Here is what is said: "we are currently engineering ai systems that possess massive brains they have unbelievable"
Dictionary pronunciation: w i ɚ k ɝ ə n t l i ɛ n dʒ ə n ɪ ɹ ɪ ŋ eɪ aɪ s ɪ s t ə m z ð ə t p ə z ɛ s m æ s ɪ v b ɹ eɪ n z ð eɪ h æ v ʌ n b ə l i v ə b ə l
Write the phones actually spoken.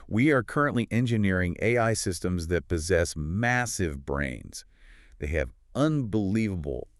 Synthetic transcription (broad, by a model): w i ɚ k ɝ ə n t l i ɛ n dʒ ə n ɪ ɹ ɪ ŋ eɪ aɪ s ɪ s t ə m z ð ə t p ə z ɛ s m æ s ɪ v b ɹ eɪ n z ð eɪ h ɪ v ʌ n b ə l i v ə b l